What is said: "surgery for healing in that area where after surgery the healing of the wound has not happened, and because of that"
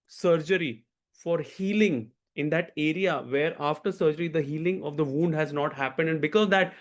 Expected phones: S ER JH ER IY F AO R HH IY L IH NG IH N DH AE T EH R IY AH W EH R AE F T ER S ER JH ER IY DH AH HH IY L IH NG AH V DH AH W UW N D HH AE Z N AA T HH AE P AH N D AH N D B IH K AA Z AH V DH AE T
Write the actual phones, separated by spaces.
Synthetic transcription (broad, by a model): S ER JH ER IY F AO R HH IY L IH NG IH N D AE T EH R IY AH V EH R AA F T ER S ER JH ER IY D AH HH IY L IH NG AH V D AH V UW N D HH AE Z N AA T HH AE P AH N D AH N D B IH K AA Z AH V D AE T